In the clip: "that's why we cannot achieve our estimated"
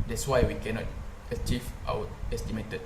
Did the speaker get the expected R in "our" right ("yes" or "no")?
no